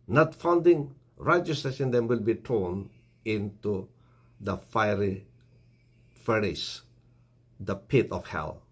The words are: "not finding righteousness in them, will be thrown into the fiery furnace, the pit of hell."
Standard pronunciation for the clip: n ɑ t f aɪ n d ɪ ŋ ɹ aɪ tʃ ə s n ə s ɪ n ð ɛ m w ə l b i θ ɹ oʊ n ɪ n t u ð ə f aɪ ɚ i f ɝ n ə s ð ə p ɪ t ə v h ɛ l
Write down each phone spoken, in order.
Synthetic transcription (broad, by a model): n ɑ t f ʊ n d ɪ ŋ ɹ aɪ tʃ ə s ə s ɪ n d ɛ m w ə l b i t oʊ n ɪ n t u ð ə f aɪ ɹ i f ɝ ə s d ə p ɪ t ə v h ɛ l